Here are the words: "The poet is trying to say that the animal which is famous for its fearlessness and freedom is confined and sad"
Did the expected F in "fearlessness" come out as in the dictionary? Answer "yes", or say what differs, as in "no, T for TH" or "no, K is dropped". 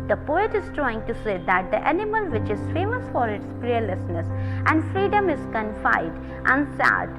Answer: no, P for F